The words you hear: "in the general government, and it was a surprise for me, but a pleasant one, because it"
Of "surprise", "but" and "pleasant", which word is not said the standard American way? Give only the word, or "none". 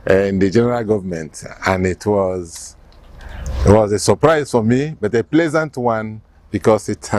none